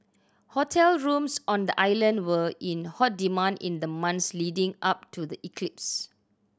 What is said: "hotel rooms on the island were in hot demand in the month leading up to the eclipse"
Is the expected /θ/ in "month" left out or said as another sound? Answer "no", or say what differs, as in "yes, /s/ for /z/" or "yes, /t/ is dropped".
yes, /s/ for /θ/